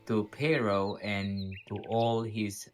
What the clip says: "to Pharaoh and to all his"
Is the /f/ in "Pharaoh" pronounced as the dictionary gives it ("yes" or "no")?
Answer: no